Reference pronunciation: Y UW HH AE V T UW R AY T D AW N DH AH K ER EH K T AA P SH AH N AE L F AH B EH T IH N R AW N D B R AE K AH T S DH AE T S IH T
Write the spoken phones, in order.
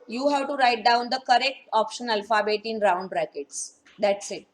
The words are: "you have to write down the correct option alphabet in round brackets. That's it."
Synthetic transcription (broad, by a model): Y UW HH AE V T UW R AY T D AW N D AH K ER EH K T AA P SH AH N AE L F AH B EH T IH N R AW N D B R AE K AH T S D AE T S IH T